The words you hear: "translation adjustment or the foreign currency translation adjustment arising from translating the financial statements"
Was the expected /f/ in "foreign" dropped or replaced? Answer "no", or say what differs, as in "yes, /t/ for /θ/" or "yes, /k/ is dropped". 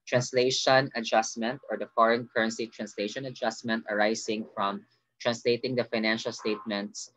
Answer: no